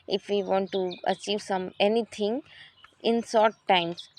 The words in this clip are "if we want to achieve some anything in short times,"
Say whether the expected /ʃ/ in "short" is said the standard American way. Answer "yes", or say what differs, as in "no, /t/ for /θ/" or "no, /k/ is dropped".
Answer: no, /s/ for /ʃ/